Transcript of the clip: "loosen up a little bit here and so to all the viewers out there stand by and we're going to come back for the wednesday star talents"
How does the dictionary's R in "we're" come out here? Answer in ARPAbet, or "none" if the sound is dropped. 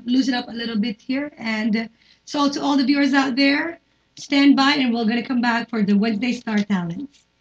L